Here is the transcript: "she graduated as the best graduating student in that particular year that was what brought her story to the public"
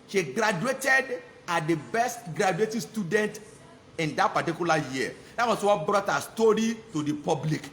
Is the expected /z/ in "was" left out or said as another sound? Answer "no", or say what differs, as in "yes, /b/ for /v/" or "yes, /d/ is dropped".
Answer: yes, /s/ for /z/